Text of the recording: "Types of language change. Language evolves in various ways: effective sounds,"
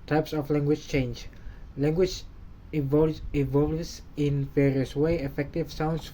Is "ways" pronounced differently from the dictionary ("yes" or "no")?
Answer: yes